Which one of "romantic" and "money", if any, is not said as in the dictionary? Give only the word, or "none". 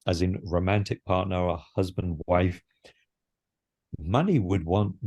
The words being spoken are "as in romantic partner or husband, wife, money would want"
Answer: none